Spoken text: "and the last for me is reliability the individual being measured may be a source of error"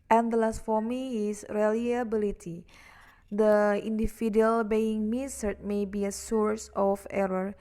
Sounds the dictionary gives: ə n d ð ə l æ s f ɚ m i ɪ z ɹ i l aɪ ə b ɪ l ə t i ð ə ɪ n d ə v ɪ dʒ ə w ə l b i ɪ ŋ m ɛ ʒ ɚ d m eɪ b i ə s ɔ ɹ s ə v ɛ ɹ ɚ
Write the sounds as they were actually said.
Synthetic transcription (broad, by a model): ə n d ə l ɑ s f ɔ m i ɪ s ɹ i l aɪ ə b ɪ l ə t i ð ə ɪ n d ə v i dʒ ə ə l b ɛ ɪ ŋ m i s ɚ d m eɪ b i ə s ɔ ɹ s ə f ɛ ɹ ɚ